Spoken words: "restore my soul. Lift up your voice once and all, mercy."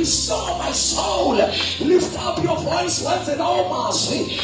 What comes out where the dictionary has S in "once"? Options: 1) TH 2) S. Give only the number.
1